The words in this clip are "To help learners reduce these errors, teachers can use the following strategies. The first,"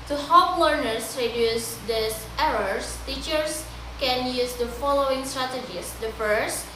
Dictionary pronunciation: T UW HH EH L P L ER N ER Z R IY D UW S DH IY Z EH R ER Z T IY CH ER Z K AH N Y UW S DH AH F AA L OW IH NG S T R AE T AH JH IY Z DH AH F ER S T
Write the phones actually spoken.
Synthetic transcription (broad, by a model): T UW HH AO P L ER N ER S R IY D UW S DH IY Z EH R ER S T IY CH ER S K AH N Y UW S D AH F AA L OW IH NG S T R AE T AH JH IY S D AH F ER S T